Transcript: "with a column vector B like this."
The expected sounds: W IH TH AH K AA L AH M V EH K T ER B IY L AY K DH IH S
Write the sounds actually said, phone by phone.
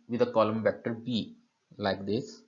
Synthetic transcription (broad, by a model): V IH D AH K AA L AH M V EH K T ER B IY L AY K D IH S